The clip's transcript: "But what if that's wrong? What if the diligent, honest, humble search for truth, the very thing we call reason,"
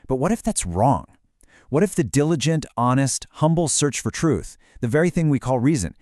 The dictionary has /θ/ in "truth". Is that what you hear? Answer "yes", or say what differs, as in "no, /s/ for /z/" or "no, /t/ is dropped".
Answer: yes